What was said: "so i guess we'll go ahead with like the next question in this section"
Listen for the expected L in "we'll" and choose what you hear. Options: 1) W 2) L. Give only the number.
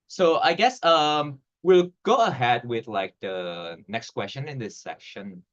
2